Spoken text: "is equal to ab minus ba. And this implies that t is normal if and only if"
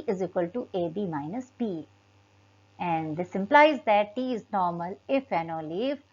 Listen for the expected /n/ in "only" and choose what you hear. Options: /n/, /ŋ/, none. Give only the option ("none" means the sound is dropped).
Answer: none